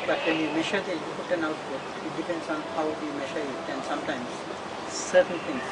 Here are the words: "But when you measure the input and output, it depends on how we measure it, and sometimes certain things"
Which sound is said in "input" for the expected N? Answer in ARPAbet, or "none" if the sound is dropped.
none